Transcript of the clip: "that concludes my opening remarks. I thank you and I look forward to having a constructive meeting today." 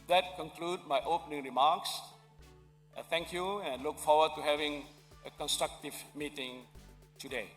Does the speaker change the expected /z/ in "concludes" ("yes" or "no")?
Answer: yes